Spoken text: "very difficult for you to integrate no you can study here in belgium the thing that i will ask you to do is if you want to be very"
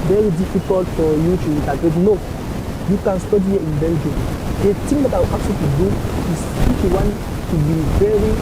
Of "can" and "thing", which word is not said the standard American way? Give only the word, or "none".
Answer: thing